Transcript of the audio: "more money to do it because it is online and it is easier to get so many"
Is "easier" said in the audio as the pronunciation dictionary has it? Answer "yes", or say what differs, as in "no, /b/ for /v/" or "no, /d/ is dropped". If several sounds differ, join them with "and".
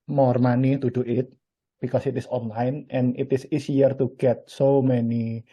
no, /s/ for /z/